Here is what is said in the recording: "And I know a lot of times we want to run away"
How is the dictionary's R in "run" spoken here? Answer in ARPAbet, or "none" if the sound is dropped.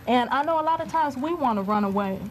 R